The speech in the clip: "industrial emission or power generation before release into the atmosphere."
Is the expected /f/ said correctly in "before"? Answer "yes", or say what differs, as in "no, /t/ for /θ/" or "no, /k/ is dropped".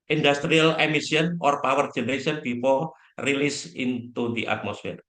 no, /p/ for /f/